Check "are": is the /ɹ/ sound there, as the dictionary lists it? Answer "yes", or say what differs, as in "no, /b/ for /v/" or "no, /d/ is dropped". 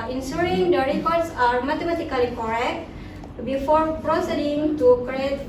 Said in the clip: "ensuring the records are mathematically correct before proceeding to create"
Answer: yes